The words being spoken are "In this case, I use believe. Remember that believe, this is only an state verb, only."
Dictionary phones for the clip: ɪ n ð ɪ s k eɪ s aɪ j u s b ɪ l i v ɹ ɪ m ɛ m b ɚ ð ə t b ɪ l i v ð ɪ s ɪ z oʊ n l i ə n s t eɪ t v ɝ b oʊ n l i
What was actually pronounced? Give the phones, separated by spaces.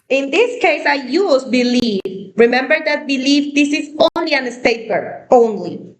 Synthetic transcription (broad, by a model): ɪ n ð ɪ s k eɪ s aɪ j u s b ɪ l i v ɹ ɪ m ɛ m b ɚ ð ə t b ɪ l i v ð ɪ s ɪ z oʊ n l i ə n s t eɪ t b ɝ oʊ n l i